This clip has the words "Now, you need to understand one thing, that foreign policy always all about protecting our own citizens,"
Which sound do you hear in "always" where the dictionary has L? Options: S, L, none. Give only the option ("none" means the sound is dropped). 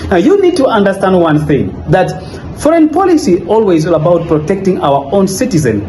L